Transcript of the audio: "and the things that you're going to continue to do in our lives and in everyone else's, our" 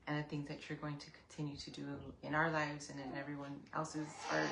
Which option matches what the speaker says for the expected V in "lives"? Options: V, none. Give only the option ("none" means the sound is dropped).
V